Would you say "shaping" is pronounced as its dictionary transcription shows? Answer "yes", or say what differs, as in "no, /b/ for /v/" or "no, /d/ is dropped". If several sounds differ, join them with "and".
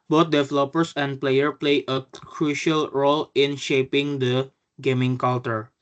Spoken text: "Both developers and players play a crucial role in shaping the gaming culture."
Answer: yes